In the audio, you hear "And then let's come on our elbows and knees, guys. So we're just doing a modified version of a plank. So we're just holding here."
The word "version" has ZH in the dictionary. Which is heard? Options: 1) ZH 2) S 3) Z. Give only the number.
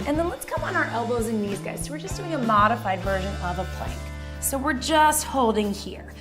1